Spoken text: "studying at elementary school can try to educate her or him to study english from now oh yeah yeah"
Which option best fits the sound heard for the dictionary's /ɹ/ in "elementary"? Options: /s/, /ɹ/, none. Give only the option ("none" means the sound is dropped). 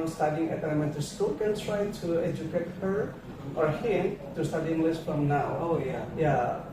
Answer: none